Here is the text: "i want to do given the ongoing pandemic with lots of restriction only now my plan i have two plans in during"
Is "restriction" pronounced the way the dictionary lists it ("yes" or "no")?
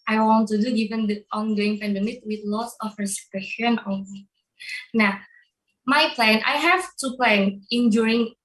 no